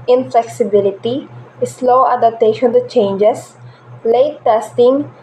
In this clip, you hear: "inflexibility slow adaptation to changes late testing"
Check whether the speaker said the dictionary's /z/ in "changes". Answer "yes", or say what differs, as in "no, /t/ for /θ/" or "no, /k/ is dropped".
no, /s/ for /z/